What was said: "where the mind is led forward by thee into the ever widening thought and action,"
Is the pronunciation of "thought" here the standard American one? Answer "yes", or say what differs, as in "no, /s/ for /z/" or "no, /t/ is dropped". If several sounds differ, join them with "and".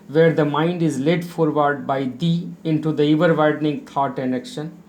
no, /t/ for /θ/